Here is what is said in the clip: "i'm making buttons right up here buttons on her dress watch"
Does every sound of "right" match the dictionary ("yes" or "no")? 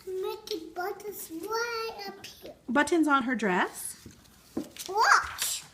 no